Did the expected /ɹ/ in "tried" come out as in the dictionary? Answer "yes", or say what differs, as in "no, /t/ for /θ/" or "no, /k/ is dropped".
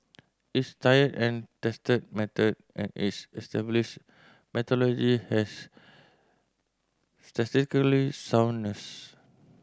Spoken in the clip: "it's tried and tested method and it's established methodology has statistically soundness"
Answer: no, /ɹ/ is dropped